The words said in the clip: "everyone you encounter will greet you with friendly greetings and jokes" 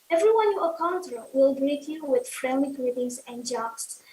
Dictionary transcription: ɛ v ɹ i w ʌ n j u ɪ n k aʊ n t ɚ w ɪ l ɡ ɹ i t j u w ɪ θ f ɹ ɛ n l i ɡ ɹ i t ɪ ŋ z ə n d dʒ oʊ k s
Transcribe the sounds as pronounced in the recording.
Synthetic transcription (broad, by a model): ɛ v ɹ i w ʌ n j u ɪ k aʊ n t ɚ w ɪ l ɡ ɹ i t j u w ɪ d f ɹ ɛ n i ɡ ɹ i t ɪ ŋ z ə n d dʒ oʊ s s